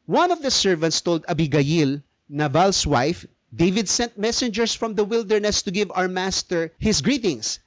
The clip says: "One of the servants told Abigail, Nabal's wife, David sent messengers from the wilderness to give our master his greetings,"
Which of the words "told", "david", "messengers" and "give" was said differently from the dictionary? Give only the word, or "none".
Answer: messengers